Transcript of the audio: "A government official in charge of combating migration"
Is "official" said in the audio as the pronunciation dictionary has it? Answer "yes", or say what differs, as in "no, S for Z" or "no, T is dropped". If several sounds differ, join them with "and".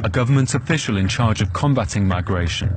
yes